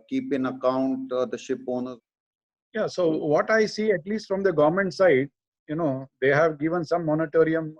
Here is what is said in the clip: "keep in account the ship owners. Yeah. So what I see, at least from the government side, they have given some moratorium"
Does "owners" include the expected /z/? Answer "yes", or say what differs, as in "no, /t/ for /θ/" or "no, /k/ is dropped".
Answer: no, /z/ is dropped